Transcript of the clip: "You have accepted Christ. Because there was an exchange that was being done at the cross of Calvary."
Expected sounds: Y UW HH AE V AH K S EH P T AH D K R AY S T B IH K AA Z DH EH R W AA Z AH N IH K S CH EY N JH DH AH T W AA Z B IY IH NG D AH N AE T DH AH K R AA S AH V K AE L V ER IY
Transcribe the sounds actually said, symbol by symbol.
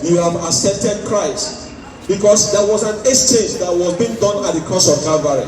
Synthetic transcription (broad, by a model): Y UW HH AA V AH S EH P T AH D K R AY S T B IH K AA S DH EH W AA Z AH N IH S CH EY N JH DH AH T W AA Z B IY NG D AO N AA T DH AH K AA S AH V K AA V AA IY